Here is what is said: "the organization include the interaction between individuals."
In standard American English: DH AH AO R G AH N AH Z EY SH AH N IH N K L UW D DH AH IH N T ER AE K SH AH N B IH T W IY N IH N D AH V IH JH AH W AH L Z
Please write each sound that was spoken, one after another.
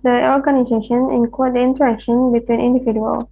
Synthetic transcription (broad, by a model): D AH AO R G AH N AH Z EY SH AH N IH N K AO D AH IH N T ER AE K SH AH N B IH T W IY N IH N D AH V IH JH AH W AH L